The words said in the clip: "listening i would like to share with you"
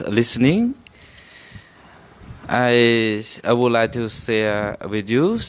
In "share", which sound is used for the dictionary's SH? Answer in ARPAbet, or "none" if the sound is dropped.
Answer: S